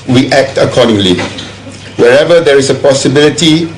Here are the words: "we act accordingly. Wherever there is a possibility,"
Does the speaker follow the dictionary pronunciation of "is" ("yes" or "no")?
no